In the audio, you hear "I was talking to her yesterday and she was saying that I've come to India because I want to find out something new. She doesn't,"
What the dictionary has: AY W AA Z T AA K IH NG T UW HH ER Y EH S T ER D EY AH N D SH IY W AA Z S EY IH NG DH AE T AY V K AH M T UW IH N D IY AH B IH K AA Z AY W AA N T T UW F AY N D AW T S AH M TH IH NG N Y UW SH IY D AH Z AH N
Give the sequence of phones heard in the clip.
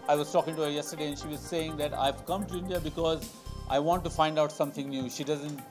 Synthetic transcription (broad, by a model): AY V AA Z T AA K IH NG T UW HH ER Y EH S T ER D EY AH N SH IY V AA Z S EY IH NG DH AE T AY V K AH M T UW IH N D IY AH B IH K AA Z AY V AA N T T UW F AY N D AW T S AH M T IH NG N Y UW SH IY D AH Z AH N